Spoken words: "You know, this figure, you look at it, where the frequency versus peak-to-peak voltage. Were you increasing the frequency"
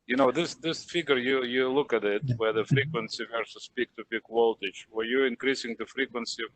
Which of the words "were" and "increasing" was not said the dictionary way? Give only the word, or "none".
none